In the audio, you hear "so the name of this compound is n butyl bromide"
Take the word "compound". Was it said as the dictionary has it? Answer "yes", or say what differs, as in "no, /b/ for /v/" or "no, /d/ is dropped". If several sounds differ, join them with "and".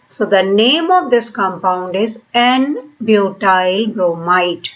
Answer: yes